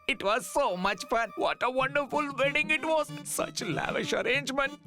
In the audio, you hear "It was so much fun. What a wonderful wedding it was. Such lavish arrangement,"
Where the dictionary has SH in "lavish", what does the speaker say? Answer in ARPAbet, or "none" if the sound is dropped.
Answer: SH